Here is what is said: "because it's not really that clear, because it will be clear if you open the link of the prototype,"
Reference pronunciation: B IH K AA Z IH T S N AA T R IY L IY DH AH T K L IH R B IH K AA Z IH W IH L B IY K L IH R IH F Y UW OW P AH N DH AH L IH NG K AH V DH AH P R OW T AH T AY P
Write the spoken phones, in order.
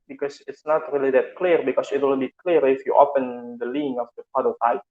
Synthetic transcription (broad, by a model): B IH K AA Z IH T S N AA T R IY L IY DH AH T K L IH R B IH K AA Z IH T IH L B IY K L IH R IH F Y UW OW P AH N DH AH L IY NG AH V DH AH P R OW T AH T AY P